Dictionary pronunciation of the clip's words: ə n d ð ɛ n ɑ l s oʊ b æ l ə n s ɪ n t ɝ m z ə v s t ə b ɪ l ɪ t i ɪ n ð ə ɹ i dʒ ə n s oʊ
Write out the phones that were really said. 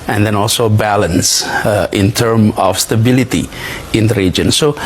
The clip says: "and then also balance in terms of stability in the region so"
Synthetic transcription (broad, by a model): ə n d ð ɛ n ɑ l s oʊ b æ l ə n s ɪ n t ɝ m ə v s t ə b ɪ l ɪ t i ɪ n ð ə ɹ i dʒ ə n s oʊ